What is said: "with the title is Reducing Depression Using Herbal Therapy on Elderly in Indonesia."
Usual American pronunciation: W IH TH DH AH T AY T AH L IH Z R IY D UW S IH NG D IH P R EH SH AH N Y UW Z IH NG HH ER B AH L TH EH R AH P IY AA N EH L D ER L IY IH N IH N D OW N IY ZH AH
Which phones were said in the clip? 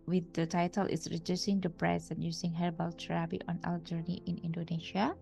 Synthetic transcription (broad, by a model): W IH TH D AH T AY T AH L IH S R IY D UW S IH NG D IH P R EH S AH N Y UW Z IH NG HH ER B AH L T R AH B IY AA N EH L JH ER N IY IH N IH N D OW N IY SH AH